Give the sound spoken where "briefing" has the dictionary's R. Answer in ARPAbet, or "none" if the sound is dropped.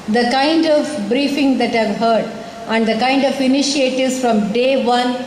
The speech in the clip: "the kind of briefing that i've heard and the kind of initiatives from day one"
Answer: R